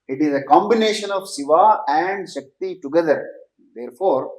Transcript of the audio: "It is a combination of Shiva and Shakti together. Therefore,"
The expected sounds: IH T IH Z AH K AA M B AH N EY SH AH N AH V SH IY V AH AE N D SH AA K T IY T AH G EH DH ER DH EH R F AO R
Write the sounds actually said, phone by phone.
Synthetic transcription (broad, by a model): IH T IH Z AH K AA M B AH N EY SH AH N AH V S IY V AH AE N D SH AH K T IY T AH G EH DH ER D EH R F AO R